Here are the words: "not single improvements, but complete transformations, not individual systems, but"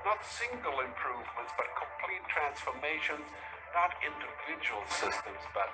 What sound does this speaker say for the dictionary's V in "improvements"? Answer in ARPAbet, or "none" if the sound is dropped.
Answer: V